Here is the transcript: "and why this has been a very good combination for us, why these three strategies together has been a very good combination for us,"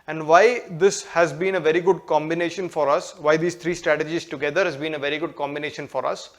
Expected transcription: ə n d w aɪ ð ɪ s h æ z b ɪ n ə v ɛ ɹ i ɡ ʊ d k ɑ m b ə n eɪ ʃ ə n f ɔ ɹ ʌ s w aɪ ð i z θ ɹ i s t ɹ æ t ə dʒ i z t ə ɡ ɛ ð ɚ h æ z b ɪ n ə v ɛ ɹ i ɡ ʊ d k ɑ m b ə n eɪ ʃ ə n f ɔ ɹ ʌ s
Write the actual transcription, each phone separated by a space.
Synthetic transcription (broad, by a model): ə n d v aɪ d ɪ s h æ z b ɪ n ə v ɛ ɹ i ɡ ʊ d k ɑ m b ə n eɪ ʃ ə n f ɔ ɹ ʌ s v aɪ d i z t ɹ i s t ɹ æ t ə dʒ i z t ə ɡ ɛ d ɚ h æ z b ɪ n ə v ɛ ɹ i ɡ ʊ d k ɑ m b ə n eɪ ʃ ə n f ɔ ɹ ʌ s